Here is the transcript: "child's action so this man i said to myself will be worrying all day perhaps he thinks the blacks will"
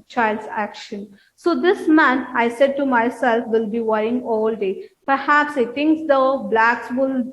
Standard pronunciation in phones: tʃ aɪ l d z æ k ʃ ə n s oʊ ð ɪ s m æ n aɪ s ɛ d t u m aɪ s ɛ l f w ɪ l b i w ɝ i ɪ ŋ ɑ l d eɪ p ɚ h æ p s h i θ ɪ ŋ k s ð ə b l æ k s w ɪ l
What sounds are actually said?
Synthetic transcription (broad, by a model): tʃ aɪ l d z æ k ʃ ə n s oʊ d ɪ s m æ n aɪ s ɛ d t u m aɪ s ɛ l f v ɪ l b i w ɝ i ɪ ŋ ɑ l d eɪ p ɚ h æ p s h i t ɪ ŋ k s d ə b l æ k s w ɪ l